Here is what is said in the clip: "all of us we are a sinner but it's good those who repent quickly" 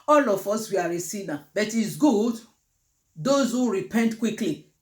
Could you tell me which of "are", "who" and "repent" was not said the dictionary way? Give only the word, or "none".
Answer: none